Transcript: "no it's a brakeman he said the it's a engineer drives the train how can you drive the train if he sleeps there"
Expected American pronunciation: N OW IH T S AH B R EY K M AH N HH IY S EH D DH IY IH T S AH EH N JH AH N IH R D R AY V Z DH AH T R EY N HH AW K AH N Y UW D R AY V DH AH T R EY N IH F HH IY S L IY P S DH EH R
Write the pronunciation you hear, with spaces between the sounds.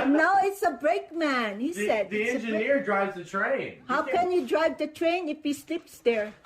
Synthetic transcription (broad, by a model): N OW IH T S AH B R EY K M AH N HH IY S EH D DH IY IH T EH N JH AH N IH R D R AY V Z DH AH T R EY N HH AW K AH N Y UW D R AY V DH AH T R EY N IH F HH IY S L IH P S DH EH R